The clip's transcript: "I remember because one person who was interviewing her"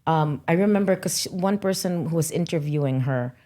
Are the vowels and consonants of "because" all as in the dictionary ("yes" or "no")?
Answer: no